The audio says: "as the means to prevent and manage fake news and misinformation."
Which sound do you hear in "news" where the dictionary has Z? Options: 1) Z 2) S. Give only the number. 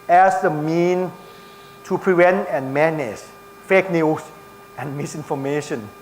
2